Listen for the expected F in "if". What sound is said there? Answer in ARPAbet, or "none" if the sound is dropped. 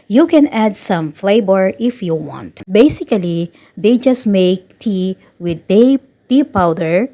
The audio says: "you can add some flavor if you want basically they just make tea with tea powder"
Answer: F